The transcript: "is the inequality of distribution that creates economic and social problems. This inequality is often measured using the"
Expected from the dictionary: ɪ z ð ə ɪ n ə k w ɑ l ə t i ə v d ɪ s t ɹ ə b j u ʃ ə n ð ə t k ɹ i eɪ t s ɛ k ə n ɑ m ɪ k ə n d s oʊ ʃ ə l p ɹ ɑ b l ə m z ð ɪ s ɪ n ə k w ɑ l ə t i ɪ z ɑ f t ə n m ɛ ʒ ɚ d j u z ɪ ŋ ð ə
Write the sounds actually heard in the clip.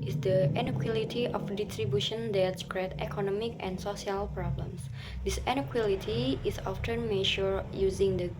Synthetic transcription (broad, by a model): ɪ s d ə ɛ n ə k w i l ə t i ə f d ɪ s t ɹ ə b j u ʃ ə n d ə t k ɹ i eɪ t ɛ k ə n ɑ m ɪ k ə n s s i ə l p ɹ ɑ b l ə m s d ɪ s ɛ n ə k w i l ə t i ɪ s ɑ f t ə n m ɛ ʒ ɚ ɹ j u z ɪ ŋ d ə